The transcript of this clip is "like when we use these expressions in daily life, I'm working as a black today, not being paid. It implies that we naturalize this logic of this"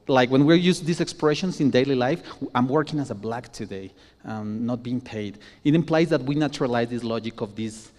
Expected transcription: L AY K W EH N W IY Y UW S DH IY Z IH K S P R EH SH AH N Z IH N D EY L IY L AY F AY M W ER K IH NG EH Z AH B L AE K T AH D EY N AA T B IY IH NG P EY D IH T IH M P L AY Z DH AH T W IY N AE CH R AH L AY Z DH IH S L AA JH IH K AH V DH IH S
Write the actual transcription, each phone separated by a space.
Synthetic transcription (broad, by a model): L AY K W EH N W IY Y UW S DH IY S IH K S P R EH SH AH N S IH N D EY L IY L AY F AY M W ER K IH NG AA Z AH B L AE K T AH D EY N AA T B IY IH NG P EY D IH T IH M P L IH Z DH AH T W IY N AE CH R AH L AY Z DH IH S L AA JH IH K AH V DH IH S